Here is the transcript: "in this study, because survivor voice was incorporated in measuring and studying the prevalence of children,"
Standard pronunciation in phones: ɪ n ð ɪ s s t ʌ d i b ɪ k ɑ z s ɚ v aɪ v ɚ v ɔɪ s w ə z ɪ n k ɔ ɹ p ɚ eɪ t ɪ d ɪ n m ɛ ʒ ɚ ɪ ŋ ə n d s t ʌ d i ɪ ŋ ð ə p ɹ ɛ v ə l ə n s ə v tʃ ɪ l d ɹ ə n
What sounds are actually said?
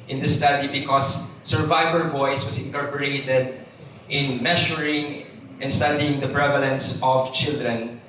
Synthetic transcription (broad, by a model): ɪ n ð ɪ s s t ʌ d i b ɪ k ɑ s ɚ v aɪ v ɚ v ɔɪ s w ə s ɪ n k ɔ ɹ p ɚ eɪ t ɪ d ɪ n m ɛ ʃ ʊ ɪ ŋ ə n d s t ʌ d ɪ ŋ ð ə p ɹ ɛ v ə l ə n s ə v tʃ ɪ l d ɹ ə n